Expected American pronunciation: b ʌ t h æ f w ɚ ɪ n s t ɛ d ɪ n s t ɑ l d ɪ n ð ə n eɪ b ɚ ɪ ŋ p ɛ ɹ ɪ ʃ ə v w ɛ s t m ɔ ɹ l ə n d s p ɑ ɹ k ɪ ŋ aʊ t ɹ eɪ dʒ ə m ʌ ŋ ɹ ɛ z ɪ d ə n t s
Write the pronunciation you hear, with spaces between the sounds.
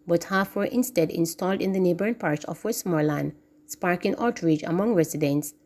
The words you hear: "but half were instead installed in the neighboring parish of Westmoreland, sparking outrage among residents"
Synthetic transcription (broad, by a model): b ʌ t h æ f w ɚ ɪ n s t ɛ d ɪ n s t ɑ l d ɪ n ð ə n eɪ b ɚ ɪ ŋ p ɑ ɹ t s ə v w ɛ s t m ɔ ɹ l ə n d s p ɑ ɹ k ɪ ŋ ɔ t ɹ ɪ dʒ ə m ʌ ŋ ɹ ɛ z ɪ d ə n t s